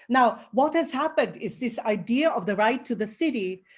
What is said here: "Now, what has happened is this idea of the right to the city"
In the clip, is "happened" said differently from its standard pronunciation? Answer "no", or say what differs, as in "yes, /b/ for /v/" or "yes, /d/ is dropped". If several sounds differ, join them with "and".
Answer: no